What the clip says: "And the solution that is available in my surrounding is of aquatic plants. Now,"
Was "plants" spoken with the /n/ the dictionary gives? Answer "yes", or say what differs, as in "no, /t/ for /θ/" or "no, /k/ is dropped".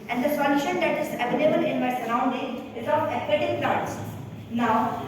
no, /n/ is dropped